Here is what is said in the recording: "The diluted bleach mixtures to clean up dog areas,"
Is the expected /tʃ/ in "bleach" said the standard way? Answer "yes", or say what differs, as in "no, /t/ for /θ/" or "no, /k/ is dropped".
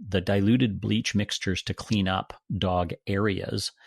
yes